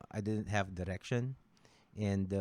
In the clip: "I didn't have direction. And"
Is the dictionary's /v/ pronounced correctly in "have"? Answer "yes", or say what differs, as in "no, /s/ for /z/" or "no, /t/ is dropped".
yes